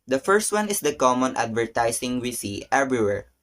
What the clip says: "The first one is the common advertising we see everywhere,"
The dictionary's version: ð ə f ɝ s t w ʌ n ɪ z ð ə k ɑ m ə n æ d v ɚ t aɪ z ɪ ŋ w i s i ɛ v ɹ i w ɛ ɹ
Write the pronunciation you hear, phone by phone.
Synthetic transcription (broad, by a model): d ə f ɝ s t w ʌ n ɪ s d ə k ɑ m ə n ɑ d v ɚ t aɪ s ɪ ŋ w i s i ɛ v ɹ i w ɛ ɹ